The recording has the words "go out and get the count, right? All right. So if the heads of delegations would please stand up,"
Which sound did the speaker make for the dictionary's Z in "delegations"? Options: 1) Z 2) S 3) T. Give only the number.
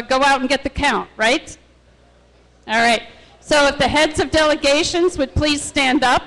1